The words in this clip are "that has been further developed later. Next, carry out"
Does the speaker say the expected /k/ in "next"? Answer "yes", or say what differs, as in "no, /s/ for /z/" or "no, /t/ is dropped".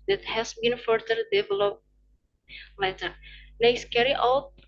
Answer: no, /k/ is dropped